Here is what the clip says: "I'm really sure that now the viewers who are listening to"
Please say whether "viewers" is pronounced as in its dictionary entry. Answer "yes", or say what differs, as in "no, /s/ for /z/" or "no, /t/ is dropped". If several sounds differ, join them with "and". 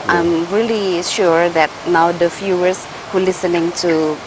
no, /f/ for /v/